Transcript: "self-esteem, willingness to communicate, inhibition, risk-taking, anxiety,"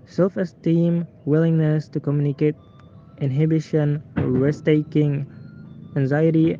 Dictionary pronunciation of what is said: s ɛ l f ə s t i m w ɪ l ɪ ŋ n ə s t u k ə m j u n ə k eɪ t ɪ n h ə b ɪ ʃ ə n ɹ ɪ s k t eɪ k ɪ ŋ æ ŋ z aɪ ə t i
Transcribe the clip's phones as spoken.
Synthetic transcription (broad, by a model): s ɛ l f ə s t i m w ɪ l ɪ ŋ n ə s t u k ə m j u n ə k eɪ t ɪ n h ə b ɪ ʃ ə n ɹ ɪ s t eɪ k ɪ ŋ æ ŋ z aɪ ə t i